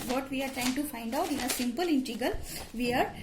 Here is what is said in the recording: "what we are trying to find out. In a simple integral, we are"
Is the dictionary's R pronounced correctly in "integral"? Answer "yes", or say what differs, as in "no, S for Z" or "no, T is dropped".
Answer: no, R is dropped